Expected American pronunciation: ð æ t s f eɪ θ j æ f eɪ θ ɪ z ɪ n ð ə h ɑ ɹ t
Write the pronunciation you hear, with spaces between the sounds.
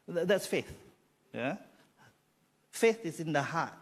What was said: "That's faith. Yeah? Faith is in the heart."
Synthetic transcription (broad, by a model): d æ t s f eɪ θ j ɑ f eɪ θ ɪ s ɪ n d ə h ɑ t